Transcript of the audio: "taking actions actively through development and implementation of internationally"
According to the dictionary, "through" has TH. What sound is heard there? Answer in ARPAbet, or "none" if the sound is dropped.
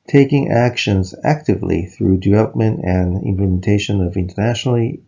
TH